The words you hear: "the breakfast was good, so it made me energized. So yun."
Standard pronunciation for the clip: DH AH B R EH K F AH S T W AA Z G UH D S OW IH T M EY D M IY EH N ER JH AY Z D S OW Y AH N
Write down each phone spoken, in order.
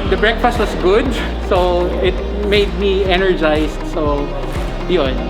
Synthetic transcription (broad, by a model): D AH B R EH K F AH S T W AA S G UH D S OW IH T M EY D M IY EH N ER JH AY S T S OW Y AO N